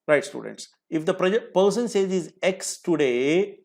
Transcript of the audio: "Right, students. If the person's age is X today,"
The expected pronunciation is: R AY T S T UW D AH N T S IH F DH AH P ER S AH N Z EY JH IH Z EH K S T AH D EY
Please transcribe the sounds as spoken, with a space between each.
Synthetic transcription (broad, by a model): R AY T S T UW D AH N T S IH F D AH P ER S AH N S EY Z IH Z EH K S T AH D EY